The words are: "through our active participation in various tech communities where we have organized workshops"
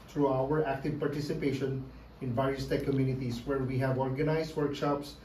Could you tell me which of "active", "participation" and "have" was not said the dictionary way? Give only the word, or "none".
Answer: none